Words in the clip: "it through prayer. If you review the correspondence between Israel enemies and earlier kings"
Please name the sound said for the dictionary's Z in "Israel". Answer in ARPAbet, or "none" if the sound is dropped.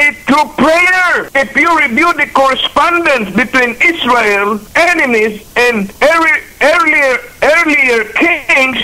S